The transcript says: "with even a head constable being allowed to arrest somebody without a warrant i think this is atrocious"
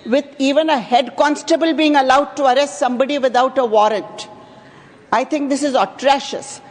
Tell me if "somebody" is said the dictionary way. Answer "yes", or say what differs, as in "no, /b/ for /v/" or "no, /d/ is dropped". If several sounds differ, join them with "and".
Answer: yes